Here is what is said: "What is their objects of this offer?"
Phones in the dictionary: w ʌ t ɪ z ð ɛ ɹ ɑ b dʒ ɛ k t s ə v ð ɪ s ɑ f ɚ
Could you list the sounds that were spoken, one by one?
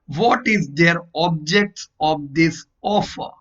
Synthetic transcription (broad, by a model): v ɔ t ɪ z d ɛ ɹ ɑ b dʒ ɛ k t s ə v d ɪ s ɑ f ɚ